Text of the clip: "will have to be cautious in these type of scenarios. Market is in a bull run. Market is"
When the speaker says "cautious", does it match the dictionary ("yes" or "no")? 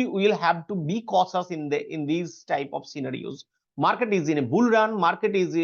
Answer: no